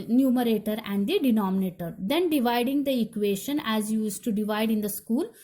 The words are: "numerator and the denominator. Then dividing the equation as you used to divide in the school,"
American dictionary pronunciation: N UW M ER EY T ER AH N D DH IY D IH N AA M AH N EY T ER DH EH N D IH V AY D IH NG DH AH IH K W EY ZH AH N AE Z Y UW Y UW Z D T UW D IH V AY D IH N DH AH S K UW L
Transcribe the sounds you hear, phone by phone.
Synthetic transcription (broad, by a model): N UW M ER EY T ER AH N D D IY D IH N AA M AH N EY T ER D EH N D IH V AY D IH NG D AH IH K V EY SH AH N AE Z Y Y UW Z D T UW D IH V AY D IH N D AH S K UW L